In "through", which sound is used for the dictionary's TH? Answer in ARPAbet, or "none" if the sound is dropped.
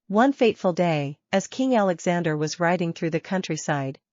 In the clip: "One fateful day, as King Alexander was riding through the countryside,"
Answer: TH